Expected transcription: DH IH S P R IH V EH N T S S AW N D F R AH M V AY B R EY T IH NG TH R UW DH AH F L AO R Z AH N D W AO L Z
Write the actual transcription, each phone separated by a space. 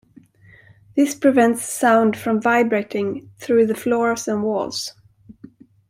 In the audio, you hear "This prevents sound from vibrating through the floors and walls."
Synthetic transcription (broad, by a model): DH IH S P R IH V EH N T S S AW N D F R AH M V AY B R EY T IH NG TH R UW DH AH F L AO R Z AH N W AO L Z